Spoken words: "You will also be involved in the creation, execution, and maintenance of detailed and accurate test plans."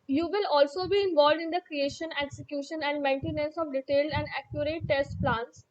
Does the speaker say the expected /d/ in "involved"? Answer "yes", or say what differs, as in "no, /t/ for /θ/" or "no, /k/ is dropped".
yes